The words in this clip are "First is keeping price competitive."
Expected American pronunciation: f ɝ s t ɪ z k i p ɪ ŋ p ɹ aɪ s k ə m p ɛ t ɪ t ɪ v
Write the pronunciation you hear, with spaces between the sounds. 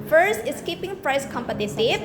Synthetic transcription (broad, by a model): f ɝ s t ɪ s k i p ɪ ŋ p ɹ aɪ s k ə m p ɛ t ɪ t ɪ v